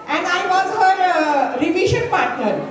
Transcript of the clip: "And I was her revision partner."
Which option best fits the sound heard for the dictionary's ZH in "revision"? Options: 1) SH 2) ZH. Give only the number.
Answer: 1